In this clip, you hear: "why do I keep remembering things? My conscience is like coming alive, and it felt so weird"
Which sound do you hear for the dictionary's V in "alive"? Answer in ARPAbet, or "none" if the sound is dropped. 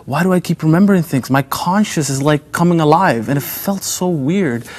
V